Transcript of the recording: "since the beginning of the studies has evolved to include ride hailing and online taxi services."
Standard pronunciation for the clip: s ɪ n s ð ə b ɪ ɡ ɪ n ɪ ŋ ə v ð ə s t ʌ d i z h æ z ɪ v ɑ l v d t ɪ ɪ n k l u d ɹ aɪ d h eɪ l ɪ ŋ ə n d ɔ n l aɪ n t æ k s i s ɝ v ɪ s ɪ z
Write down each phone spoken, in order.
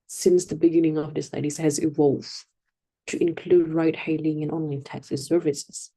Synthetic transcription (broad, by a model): s ɪ n s ð ə b ɪ ɡ ɪ n ɪ ŋ ə v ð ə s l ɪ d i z h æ z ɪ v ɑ l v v t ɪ ɪ n k l u d ɹ aɪ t h eɪ l ɪ ŋ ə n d ɔ n l aɪ n t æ k s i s ɝ v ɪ s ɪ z